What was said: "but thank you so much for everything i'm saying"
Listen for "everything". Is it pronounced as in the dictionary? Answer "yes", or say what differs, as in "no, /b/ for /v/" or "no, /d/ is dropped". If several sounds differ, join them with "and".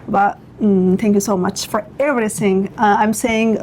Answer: no, /s/ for /θ/